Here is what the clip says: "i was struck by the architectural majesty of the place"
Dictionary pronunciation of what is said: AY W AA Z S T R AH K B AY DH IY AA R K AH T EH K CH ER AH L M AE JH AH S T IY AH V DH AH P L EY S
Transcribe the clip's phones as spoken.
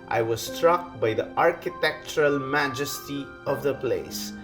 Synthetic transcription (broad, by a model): AY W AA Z S T R AH K B AY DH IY AA R K AH T EH K CH ER AH L M AE JH AH S T IY AH V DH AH P L EY S